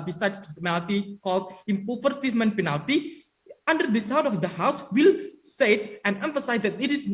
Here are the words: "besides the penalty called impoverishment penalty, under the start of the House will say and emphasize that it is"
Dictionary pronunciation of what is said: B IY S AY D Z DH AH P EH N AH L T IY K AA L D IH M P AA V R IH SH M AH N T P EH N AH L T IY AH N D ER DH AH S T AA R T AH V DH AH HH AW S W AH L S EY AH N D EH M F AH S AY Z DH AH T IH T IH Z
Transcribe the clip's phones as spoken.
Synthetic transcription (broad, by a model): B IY S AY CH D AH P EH N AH L T IY K AA L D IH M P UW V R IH M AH N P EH N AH L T IY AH N D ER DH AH S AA W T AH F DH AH HH AW S W AH L S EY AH N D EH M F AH S AY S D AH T IH T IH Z